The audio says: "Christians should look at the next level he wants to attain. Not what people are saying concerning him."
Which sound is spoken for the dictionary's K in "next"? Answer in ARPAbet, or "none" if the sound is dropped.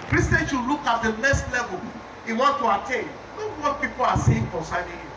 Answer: none